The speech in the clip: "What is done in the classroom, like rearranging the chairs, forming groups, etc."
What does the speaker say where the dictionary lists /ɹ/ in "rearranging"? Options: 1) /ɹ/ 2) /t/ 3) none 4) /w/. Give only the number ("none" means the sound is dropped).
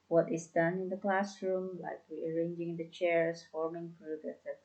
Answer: 4